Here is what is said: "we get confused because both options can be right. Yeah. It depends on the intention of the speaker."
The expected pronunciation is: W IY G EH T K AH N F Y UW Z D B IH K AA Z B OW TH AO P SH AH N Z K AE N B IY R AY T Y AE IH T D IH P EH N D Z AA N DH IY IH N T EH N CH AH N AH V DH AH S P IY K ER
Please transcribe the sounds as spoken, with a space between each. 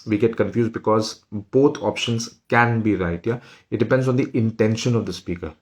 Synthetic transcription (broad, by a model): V IY G EH T K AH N F Y UW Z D B IH K AA Z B OW T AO P SH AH N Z K AE N B IY R AY T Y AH IH T D IH P EH N D Z AA N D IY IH N T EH N SH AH N AH V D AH S P IY K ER